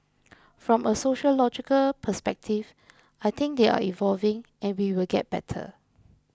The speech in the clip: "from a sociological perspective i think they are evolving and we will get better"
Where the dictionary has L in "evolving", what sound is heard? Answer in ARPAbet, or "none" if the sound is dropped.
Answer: L